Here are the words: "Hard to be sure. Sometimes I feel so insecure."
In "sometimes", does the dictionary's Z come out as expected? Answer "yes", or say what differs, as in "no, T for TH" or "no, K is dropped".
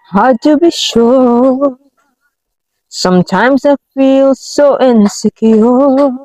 yes